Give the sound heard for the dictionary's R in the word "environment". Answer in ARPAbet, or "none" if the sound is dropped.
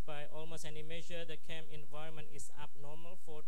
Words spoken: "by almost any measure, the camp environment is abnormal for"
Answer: R